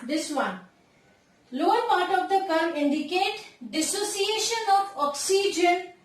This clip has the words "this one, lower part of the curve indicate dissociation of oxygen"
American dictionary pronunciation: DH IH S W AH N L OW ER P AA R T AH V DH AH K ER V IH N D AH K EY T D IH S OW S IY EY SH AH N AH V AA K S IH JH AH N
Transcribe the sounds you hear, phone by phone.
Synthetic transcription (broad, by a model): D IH S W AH N L OW ER P AA R T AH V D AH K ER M IH N D AH K EY T D IH S OW S IY EY SH AH N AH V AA K S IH JH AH N